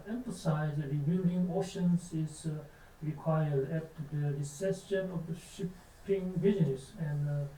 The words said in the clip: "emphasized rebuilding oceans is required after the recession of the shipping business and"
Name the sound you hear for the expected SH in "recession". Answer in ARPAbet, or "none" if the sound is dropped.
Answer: S